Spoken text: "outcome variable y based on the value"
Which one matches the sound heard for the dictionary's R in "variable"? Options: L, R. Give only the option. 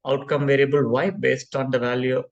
R